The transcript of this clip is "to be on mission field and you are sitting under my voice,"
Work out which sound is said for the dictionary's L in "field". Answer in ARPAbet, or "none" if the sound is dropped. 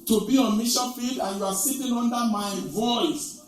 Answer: L